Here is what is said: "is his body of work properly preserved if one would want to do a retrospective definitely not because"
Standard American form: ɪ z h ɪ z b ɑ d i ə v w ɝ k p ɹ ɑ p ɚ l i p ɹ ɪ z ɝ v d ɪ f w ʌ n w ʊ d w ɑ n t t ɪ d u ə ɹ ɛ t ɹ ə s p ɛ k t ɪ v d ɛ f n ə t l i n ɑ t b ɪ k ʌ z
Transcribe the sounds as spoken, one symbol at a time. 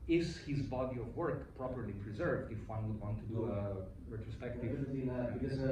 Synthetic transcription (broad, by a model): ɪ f h ɪ z b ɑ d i ə v w ɝ k p ɹ ɑ p ɚ l i p ɹ ɪ z ɝ v d ɪ f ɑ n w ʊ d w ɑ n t t ɪ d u ə ɹ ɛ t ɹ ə s p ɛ k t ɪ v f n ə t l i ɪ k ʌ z